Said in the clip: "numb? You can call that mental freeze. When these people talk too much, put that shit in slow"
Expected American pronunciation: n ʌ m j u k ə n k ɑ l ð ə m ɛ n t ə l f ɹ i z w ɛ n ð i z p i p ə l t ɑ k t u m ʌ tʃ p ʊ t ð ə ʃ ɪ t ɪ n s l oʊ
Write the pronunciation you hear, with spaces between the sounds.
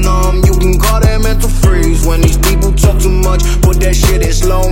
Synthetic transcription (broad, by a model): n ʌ m j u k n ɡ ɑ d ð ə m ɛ n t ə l f ɹ i z w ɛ n ð i z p i p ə l t ɑ k t u m ʌ tʃ b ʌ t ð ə ʃ ɪ t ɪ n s l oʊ